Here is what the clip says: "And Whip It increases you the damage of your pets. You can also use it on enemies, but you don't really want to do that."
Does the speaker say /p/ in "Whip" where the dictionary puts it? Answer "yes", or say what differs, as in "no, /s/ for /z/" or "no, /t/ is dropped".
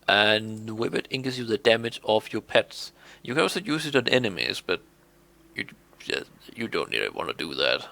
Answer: no, /b/ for /p/